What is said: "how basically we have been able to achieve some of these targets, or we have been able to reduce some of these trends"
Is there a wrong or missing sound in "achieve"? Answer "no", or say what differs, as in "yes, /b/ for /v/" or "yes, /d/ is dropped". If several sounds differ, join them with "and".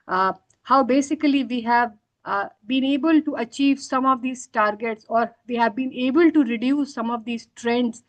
no